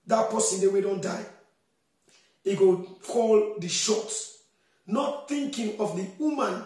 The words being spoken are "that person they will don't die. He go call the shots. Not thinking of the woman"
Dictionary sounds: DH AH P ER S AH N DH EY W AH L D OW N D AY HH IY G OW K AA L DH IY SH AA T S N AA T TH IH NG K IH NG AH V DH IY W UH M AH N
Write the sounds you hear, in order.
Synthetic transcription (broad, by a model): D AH P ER S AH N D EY W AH D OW N D AY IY G OW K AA L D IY SH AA T N AA T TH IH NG K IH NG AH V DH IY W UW M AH N